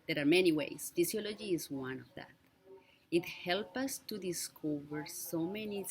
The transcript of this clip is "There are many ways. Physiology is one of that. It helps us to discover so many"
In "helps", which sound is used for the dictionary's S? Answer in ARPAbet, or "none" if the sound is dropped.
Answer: none